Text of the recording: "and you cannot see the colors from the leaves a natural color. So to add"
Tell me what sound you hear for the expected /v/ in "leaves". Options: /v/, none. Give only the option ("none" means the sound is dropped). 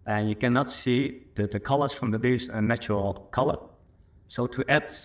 none